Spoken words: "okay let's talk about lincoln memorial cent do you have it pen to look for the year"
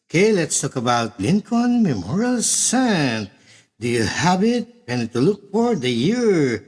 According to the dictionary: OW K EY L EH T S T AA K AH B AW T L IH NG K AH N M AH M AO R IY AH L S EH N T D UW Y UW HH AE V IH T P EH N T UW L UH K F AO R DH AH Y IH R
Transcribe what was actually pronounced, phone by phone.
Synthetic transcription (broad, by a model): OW K EY L EH T S T AA K AH B AW T L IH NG K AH N M AH M AO R IY AH L S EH N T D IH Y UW HH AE B IH T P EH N T UW L UH K F AO R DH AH Y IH R